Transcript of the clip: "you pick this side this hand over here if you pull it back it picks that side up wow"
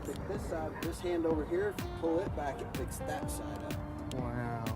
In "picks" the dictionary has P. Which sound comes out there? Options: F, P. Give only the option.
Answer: F